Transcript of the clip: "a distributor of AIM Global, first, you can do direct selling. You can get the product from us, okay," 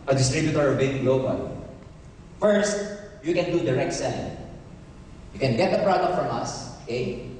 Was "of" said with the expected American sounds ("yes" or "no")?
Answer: no